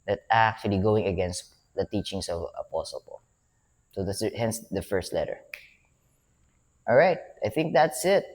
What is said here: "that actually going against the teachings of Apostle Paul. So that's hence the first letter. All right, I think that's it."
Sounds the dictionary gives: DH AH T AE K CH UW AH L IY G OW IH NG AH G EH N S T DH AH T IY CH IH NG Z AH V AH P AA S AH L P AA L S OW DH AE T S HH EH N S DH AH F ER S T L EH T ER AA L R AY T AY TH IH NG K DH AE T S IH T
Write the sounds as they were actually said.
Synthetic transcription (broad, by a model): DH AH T AE K CH UW AH L IY G OW IH NG AH G EH N S T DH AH T IY CH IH NG S AH V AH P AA S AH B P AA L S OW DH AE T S HH EH N S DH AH F ER S T L EH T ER AA L R AY T AY TH IH NG K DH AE T S IH T